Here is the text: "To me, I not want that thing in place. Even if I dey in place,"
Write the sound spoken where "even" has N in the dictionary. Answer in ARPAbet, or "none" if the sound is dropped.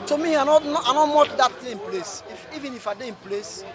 N